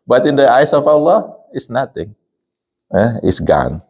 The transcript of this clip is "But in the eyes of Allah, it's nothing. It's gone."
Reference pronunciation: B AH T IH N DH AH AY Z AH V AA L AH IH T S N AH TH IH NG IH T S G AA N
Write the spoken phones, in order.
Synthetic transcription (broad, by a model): B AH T IH N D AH AY S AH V AA L AH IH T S N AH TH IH NG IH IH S G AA N